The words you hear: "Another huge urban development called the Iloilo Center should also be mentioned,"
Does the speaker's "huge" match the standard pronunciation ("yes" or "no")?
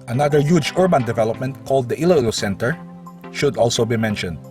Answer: yes